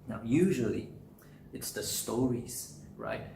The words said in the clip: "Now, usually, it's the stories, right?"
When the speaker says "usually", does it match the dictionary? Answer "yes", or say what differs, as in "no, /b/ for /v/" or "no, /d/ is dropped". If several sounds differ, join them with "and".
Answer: yes